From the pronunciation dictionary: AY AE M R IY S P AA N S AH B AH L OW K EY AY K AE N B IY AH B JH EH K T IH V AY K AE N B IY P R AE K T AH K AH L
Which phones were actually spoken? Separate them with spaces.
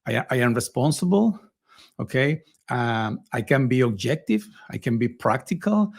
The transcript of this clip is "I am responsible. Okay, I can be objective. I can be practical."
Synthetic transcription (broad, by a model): AY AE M R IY S P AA N S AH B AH L OW K EY AY K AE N B IY AH B JH EH K T IH V AY K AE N B IY P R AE K T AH K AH L